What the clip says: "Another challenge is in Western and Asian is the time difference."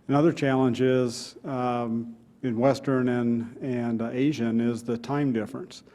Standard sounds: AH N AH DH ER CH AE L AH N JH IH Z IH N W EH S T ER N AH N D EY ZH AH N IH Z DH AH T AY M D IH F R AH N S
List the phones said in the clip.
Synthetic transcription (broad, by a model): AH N AH DH ER CH AE L AH N JH IH Z IH N W EH S T ER N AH N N EY ZH AH N IH Z DH AH T AY M D IH F R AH N S